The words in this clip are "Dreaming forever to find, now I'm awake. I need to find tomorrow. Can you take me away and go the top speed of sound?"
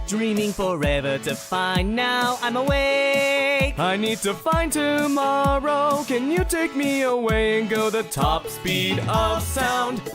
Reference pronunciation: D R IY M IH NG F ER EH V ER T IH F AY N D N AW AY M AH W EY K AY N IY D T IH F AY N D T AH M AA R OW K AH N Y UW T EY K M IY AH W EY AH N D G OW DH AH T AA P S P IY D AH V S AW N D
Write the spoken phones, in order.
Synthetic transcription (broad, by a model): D R IY M IH NG F ER EH V ER T IH F AY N N AW AY M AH W EY AY N IY D T IH F AY N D T AH M AA R OW K AH N Y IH T EY K M IY AH W EY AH N G OW DH AH T AA P S P IY D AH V S AW N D